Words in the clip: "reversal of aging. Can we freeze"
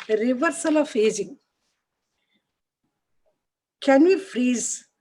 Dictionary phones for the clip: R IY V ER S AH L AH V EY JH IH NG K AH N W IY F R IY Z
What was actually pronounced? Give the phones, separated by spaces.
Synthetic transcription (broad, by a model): R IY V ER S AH L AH F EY Z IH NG K AH N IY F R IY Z